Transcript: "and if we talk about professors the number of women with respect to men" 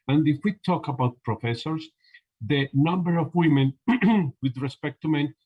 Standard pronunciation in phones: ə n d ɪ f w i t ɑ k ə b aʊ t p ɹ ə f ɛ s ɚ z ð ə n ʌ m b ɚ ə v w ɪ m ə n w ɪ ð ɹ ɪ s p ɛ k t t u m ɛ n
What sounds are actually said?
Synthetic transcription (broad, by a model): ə n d ɪ f w i t ɑ k ə b aʊ t p ɹ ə f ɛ s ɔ s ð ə n ʌ m b ɚ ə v w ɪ m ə n w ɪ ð ɹ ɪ s p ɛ k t t u m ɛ n